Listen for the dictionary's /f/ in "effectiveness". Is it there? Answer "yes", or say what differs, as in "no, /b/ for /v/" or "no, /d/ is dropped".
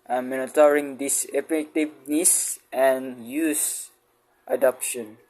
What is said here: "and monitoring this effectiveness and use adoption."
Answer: no, /p/ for /f/